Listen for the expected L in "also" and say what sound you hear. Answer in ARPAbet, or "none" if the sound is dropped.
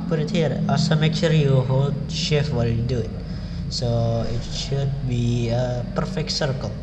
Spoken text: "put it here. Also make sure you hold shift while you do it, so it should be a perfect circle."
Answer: none